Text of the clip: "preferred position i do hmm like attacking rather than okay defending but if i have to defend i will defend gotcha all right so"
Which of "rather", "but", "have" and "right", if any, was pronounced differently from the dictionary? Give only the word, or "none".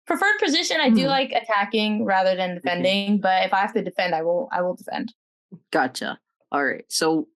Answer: have